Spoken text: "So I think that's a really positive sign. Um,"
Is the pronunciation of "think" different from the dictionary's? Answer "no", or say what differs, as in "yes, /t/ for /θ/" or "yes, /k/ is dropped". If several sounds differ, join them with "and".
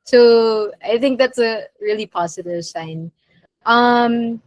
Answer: no